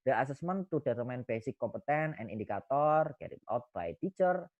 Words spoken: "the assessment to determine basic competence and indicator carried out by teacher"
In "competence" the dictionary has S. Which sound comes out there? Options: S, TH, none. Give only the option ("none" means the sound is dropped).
none